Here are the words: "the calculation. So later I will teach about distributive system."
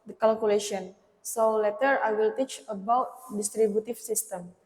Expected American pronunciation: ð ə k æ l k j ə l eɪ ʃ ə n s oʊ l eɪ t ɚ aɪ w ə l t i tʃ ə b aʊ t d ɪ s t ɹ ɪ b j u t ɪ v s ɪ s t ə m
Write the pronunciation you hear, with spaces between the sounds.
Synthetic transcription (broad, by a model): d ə k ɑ l k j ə l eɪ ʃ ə n s oʊ l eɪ t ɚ aɪ w ə l t i tʃ ə b aʊ t d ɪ s t ɹ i b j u t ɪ f s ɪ s t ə m